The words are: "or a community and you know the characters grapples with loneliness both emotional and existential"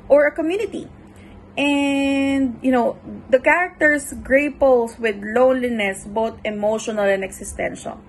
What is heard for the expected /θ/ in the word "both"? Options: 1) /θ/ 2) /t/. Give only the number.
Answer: 2